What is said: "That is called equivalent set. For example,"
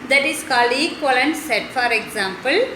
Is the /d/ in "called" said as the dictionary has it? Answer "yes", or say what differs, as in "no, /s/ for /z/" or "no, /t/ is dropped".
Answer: no, /d/ is dropped